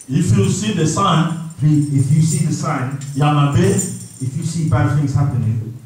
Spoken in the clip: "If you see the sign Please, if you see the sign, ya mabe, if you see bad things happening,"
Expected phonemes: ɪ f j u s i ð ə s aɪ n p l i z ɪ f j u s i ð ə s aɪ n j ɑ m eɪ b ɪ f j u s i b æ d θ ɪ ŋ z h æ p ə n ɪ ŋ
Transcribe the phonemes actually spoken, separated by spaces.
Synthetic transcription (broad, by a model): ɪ f j u s i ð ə s aɪ n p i ɪ f j u s i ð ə s aɪ n j ɑ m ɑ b ɪ f j u s i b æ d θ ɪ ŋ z h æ p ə n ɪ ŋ